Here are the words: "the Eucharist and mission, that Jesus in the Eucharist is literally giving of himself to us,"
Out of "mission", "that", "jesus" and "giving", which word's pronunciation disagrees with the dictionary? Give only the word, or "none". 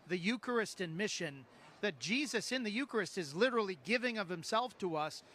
none